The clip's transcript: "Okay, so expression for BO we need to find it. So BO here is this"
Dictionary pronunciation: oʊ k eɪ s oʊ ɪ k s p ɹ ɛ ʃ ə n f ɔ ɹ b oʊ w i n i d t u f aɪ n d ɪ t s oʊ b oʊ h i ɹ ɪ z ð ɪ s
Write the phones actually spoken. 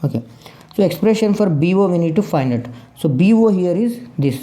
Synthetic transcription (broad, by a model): oʊ k eɪ s oʊ ɪ k s p ɹ ɛ ʃ ə n f ɔ ɹ b oʊ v i n i d t u f aɪ n d ɪ t s oʊ b oʊ h i ɹ ɪ z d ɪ s